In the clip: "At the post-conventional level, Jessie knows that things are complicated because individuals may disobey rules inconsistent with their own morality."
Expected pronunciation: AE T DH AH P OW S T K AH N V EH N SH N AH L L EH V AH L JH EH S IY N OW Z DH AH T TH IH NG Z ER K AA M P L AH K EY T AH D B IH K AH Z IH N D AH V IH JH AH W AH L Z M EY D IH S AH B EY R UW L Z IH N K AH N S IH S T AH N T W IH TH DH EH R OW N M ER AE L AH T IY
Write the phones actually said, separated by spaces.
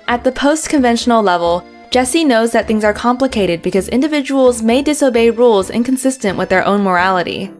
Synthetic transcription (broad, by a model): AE T DH AH P OW S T K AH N V EH N SH N L L EH V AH L JH EH S IY N OW Z DH AH T TH IH NG Z ER K AA M P L AH K EY T AH D B IH K AH Z IH N D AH V IH JH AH W L Z M EY D IH S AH B EY R UW L Z IH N K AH N S IH S T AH N T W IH DH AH R OW N M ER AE L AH T IY